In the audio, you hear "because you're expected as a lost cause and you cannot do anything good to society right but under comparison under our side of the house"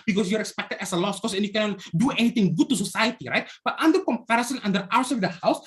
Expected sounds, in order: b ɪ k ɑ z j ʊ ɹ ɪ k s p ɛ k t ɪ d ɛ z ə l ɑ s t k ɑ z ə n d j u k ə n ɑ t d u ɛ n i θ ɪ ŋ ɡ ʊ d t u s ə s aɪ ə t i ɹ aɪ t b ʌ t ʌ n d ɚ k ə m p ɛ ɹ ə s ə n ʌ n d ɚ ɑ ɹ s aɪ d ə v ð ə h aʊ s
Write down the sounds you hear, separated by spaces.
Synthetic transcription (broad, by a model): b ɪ k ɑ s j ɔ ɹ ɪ k s p ɛ k t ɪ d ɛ s ə l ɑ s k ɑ s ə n j u k ə n ɑ t d u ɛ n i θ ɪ ŋ ɡ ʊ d t u s ə s aɪ ə t i ɹ aɪ t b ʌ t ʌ n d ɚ k ə m p ɛ ɹ ə s ə n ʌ n d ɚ ɑ w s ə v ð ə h aʊ s